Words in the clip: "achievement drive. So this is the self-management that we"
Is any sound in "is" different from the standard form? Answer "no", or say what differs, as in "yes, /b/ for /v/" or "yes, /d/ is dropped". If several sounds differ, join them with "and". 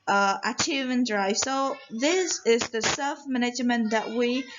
no